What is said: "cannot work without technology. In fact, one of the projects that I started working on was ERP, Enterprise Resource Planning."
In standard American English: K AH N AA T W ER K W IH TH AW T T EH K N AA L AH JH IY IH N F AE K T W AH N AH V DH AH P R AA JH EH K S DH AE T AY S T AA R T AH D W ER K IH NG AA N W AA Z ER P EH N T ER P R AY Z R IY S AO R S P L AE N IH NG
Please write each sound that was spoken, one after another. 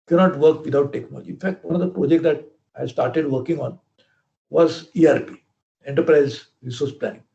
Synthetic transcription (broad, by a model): K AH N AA T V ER K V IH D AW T T EH K N AA L AH JH IY IH N F AE K T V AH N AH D AH P R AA JH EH K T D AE T AY S T AA R T AH D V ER K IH NG AA N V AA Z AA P EH N T ER P R AY Z R IY S AO R S P L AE N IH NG